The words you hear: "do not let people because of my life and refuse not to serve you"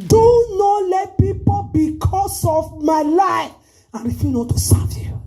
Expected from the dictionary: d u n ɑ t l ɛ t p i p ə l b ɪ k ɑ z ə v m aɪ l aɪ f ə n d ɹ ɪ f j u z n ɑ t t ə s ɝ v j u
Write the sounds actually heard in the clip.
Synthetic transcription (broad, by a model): d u n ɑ l ɛ t p i p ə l b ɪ k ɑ s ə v m aɪ l aɪ f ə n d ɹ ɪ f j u n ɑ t t ə s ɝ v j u